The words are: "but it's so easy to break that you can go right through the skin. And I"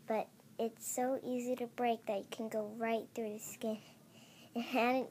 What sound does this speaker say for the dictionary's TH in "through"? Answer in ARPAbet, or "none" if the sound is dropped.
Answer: TH